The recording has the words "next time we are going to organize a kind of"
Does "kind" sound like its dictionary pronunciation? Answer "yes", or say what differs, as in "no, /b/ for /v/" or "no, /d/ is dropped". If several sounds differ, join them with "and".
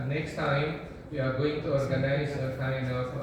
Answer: no, /d/ is dropped